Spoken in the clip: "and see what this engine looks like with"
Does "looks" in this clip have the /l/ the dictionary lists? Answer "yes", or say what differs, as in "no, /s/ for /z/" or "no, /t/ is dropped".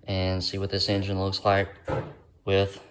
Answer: yes